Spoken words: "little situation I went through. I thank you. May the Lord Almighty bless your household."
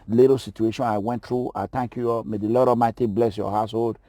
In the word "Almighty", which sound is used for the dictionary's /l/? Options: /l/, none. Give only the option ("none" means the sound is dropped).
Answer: none